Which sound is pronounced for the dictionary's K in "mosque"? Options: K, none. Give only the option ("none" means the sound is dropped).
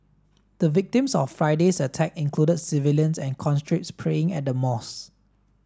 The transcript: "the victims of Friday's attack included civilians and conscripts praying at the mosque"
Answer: none